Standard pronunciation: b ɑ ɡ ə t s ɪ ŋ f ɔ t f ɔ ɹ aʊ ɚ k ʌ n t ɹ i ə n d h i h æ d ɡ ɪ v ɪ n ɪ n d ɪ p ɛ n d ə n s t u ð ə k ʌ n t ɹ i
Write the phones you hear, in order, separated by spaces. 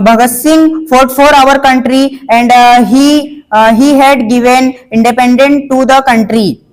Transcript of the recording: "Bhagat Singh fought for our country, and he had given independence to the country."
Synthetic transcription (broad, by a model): b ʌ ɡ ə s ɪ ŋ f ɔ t f ɔ ɹ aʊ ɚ k ʌ n t ɹ i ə n d h i h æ d ɡ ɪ v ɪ n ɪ n d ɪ p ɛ n d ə n t u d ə k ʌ n t ɹ i